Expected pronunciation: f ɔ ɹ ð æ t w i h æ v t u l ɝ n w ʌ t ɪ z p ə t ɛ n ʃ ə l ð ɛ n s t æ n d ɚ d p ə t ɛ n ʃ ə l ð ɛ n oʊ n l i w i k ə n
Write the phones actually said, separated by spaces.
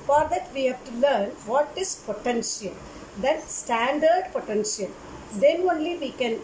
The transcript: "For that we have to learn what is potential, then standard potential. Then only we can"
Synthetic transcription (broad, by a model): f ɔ ɹ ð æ t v i h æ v t u l ɝ n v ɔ t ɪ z p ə t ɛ n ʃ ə l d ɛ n s t æ n d ɚ d p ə t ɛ n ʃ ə l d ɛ n oʊ n l i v i k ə n